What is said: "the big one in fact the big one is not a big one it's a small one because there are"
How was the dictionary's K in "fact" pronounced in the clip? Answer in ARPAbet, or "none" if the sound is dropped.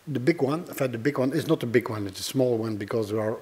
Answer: none